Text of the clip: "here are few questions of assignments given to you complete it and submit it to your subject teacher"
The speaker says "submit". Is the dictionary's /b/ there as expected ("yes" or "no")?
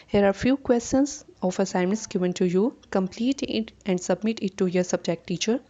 yes